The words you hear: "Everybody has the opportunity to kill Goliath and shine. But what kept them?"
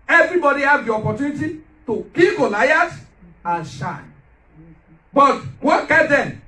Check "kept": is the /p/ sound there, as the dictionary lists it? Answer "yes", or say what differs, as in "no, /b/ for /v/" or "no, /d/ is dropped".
no, /p/ is dropped